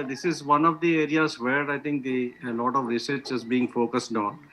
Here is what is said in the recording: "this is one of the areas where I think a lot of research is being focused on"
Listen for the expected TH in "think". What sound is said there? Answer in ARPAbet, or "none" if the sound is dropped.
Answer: T